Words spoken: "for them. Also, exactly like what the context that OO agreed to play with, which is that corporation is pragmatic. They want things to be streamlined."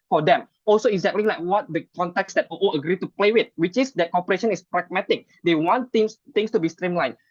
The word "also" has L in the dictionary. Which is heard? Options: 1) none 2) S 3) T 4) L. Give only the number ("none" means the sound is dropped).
4